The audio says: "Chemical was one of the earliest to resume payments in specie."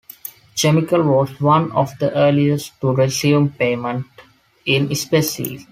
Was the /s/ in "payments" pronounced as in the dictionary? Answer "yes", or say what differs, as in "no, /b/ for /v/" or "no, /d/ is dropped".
no, /s/ is dropped